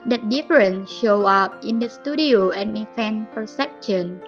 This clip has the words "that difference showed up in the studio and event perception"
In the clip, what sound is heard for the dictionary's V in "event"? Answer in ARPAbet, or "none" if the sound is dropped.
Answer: F